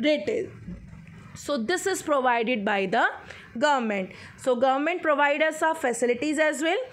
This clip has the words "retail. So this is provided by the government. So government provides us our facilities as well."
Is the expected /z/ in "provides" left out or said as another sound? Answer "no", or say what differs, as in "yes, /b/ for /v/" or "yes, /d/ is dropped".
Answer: yes, /z/ is dropped